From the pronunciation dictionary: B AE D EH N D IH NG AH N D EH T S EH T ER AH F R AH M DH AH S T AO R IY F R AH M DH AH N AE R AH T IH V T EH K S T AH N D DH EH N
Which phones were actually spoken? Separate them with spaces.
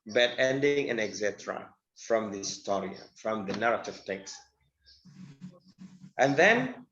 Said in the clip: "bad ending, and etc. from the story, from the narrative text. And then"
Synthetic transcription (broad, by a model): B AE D EH N D IH NG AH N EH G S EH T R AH F R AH M DH AH S T AO R IY F R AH M DH AH N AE R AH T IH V T EH K S T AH N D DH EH N